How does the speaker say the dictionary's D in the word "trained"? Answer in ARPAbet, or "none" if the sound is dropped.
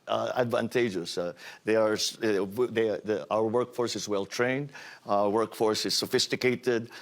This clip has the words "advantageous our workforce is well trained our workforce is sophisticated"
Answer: D